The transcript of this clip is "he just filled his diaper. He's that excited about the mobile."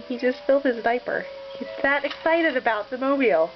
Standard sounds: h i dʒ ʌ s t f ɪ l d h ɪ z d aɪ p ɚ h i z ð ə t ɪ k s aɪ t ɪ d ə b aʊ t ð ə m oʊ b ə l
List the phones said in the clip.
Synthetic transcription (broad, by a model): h i dʒ ʌ s t f ɪ l d h ɪ z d aɪ p ɚ h i z ð ə t ɪ k s aɪ t ɪ d ə b aʊ t ð ə m oʊ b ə l